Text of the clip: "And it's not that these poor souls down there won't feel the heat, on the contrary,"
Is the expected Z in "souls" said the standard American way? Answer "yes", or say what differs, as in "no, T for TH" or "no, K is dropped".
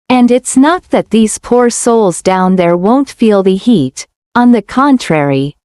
yes